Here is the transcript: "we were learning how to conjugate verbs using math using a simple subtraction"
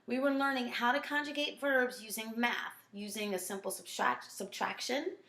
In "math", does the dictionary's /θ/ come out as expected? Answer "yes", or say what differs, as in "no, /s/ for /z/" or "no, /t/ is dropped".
yes